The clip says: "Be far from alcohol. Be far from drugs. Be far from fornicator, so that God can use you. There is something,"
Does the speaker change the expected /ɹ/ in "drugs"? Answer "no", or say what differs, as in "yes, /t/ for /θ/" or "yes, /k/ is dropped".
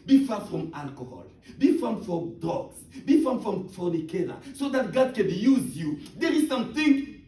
yes, /ɹ/ is dropped